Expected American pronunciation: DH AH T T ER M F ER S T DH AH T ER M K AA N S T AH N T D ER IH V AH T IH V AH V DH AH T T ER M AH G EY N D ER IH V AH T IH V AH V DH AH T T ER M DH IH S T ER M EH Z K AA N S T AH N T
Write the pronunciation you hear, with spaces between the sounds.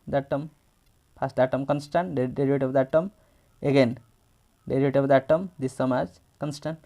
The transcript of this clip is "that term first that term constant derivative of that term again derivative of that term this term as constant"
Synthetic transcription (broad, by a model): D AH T T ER M P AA S T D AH T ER M K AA N S T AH N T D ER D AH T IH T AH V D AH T T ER M AH G EY N D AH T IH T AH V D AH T T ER M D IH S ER M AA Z K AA N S T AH N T